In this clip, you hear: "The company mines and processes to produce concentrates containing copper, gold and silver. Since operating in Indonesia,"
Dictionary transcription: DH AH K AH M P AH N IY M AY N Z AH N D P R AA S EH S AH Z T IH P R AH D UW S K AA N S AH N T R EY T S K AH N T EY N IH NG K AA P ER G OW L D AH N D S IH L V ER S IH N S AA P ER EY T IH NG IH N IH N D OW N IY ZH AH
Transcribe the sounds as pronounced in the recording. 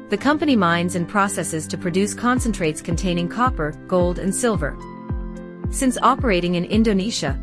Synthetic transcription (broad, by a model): DH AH K AH M P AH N IY M AY N Z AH N P R AA S EH S AH Z T IH P R AH D UW S K AA N S AH N T R EY T S K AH N T EY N IH NG K AA P ER G OW L D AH N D S IH L V ER S IH N S AA P ER EY T IH NG IH N IH N D OW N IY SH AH